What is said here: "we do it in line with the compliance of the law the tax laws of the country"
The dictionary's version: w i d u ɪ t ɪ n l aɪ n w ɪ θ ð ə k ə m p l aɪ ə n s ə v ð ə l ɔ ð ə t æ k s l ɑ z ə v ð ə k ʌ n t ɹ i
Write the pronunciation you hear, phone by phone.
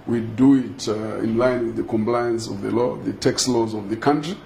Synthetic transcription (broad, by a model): w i d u ɪ t ɪ n l aɪ n w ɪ ð ə k ə m p l aɪ ə n s ə v ð ə l ɔ ð ə t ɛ k s l ɑ z ə v ð ə k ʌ n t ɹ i